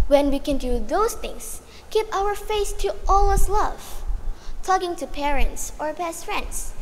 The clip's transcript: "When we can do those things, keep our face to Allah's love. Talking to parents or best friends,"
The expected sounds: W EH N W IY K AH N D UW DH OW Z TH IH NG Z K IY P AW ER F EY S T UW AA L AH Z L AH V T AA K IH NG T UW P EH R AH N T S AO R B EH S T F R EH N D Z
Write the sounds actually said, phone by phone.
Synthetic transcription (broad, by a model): W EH N W IY K AH N D UW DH OW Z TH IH NG S K IY P AW ER F EY S T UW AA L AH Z L AH V T AA K IH NG T UW P EH R AH N T S AO R B EH S T F R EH N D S